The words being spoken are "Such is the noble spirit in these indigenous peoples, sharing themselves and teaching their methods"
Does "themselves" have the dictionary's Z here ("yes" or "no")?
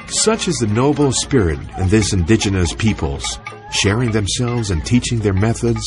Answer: yes